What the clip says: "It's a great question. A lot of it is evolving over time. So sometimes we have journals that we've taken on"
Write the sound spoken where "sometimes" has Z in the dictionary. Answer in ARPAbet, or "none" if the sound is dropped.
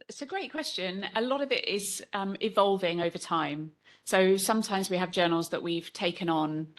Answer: Z